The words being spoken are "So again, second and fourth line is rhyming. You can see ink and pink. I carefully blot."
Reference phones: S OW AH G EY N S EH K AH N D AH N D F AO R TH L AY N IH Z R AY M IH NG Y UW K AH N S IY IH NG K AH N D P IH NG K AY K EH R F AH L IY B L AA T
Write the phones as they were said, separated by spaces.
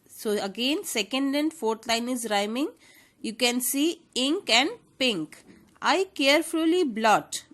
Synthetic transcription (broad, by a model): S OW AH G EY N S EH K AH N D AH N D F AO R T L AY N IH Z R AY M IH NG Y UW K AH N S IY IH NG K AH N D P IH NG K AY K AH R F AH L IY B L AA T